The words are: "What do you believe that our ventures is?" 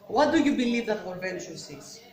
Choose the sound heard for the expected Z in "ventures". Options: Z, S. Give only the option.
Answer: S